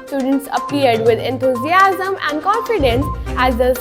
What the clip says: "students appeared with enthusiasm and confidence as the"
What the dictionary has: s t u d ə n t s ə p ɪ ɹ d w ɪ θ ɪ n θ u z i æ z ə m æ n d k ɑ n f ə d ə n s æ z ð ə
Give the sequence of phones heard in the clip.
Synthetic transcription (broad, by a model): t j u d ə n t s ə p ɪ ɹ d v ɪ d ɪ n t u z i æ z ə m æ n d k ɑ n f ə d ə n s æ z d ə